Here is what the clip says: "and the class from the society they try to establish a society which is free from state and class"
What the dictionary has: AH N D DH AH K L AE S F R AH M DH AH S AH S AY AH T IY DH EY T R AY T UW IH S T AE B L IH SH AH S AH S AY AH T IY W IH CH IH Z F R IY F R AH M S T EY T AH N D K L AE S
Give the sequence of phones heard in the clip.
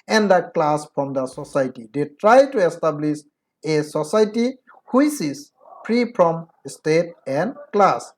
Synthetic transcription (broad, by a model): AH N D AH K L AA S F R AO M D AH S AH S AY T IY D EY T R AY T UW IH S T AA B L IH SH AH S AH S AY T IY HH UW S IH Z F R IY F R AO M S T EY T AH N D K L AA S